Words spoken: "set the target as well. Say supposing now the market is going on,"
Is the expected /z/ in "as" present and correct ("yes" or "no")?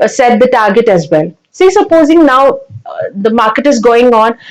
yes